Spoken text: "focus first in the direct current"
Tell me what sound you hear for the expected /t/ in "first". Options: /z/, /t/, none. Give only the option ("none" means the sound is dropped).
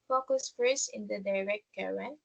none